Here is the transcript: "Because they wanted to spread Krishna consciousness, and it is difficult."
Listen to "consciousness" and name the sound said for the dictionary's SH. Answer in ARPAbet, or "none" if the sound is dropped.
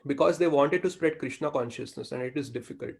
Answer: SH